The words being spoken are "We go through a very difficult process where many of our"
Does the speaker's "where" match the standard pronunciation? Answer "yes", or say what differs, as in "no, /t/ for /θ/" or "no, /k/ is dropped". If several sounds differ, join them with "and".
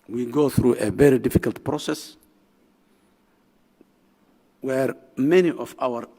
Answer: yes